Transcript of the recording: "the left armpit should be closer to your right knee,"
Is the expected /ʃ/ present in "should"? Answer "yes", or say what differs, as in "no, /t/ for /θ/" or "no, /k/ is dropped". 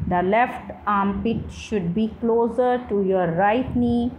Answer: yes